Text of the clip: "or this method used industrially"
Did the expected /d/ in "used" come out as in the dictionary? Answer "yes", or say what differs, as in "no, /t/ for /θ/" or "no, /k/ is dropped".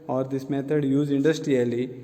no, /d/ is dropped